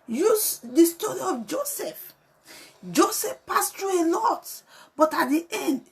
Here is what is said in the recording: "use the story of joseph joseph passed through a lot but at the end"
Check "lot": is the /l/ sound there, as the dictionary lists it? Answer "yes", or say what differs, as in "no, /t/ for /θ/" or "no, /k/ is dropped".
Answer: no, /n/ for /l/